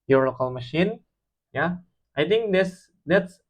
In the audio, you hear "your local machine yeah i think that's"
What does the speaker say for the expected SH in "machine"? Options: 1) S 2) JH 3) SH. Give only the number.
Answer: 3